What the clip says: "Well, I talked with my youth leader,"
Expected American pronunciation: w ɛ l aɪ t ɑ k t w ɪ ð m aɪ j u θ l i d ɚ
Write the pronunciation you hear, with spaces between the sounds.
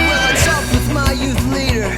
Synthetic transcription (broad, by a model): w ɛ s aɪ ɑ t w ɪ ð m aɪ j u θ l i d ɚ